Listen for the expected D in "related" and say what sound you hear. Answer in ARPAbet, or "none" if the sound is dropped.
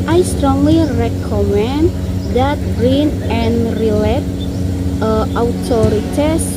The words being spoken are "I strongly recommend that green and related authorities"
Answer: none